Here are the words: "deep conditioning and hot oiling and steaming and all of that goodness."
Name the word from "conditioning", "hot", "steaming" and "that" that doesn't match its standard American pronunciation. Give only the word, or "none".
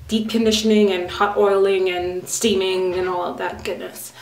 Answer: none